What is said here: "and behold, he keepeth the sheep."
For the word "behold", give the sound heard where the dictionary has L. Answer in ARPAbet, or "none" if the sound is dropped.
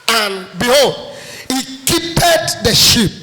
L